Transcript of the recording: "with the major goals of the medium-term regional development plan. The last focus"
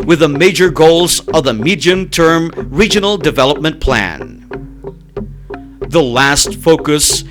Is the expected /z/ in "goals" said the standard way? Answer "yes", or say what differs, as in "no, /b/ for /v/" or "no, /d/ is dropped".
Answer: yes